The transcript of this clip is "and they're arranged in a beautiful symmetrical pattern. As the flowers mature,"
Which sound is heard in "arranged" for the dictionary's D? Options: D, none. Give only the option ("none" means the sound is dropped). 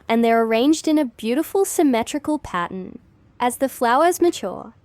D